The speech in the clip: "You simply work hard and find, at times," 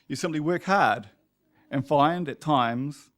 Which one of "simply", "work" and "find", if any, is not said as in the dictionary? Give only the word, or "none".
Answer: simply